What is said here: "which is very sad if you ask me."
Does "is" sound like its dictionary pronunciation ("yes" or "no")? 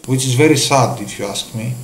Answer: yes